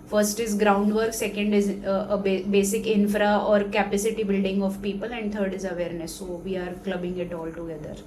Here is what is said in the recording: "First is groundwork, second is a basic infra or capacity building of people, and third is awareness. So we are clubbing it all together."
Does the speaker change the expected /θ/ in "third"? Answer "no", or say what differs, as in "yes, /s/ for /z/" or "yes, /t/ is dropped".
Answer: yes, /t/ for /θ/